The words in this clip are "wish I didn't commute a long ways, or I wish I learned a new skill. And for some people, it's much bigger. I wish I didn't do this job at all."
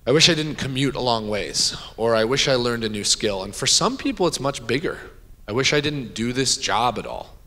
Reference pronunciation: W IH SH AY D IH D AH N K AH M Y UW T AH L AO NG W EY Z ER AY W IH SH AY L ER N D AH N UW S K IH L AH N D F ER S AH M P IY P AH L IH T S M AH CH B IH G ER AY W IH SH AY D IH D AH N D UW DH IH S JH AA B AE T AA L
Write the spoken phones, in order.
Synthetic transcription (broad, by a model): W IH SH AY D IH D N K AH M Y UW T AH L AO NG W EY Z ER AY W IH SH AY L ER N D AH N UW S K IH L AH N F ER S AH M P IY P L IH T S M AH CH B IH G ER AY W IH SH AY D IH D N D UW DH IH S JH AA B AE T AA L